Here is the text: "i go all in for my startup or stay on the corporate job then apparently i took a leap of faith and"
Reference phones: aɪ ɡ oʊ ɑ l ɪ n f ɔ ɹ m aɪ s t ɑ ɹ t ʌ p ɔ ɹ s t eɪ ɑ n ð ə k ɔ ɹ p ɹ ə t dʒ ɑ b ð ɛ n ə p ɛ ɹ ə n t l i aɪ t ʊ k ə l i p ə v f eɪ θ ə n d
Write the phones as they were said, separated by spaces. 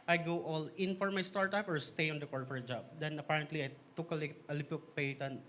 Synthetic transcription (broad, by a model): aɪ ɡ oʊ ɑ l ɪ n f ɔ ɹ m aɪ s t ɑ ɹ t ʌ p ɔ ɹ s t eɪ ɑ n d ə k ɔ ɹ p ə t dʒ ɑ b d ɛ n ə p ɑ ɹ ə n t l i aɪ t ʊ k ə l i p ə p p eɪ t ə n